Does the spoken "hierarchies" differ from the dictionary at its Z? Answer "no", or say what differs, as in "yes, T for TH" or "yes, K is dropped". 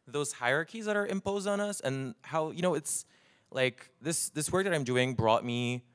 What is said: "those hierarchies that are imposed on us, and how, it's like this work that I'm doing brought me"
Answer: no